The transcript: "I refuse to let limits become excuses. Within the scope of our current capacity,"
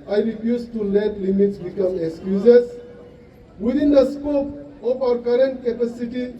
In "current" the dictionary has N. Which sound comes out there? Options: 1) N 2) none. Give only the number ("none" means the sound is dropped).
1